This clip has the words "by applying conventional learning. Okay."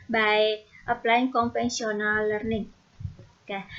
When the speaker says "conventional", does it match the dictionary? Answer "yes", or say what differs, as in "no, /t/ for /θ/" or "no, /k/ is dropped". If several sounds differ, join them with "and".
no, /s/ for /ʃ/